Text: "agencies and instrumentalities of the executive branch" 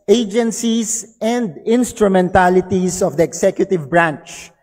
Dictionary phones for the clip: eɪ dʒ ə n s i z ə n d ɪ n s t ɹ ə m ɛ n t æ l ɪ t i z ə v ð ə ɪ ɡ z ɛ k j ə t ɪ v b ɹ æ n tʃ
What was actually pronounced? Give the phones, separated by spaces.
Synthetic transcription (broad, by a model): eɪ dʒ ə n s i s ə n d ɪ n s t ɹ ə m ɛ n t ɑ l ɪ t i s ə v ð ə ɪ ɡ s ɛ k j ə t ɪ v b ɹ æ n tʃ